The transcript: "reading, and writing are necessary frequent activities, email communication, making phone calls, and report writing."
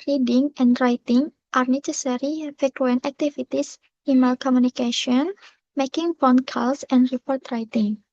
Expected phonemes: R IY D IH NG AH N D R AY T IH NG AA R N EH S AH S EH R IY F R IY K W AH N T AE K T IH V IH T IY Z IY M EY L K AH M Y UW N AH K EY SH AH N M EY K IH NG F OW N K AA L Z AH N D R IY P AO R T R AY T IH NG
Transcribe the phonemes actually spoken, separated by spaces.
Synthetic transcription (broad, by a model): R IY D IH NG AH N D R AY T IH NG AA R N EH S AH S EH R IY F EH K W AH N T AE K T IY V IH T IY S IY M EY L K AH M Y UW N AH K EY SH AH N M EY K IH NG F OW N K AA L S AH N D R IY P AO R T R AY T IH NG